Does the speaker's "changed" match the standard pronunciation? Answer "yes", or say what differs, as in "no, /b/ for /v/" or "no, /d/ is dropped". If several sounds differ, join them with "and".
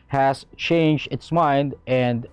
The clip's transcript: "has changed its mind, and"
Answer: yes